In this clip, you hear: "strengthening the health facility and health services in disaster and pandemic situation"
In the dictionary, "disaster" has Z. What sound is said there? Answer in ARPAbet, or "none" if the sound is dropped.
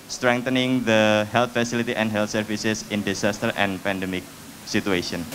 S